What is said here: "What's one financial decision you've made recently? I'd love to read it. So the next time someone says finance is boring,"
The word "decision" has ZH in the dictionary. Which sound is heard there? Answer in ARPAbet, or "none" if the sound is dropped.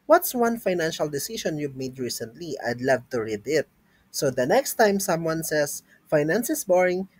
SH